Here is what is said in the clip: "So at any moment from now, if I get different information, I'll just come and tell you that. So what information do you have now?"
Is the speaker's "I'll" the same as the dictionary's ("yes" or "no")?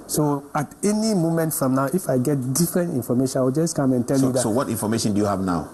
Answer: no